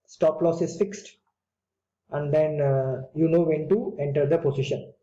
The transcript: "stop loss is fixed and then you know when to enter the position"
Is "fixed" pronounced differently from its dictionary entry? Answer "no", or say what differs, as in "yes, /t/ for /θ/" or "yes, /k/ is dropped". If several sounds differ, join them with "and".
no